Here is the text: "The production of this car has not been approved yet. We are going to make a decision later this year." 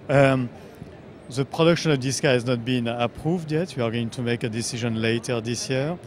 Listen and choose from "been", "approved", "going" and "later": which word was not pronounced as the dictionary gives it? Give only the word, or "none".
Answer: none